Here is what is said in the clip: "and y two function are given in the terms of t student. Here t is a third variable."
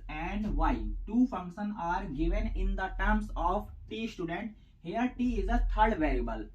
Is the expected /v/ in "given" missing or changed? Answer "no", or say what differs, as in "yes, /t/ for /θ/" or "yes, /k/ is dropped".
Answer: no